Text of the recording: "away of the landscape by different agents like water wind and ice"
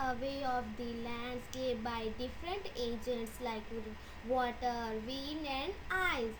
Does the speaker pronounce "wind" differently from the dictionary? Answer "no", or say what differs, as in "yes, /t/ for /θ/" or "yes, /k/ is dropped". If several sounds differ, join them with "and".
yes, /d/ is dropped